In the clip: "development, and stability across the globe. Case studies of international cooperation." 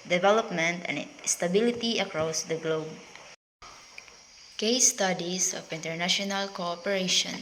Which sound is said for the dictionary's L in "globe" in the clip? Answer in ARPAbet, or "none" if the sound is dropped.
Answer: L